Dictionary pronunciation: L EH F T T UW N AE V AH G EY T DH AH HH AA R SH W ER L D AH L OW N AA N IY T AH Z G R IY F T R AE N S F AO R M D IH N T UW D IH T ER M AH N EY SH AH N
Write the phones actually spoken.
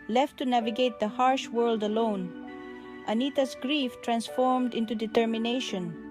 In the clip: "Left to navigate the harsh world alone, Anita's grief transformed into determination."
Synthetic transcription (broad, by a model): L EH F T T UW N AE V AH G EY T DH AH HH AA R SH W ER L D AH L OW N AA N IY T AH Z G R IY F T R AE N S F AO R M D IH N T UW D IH T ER M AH N EY SH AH N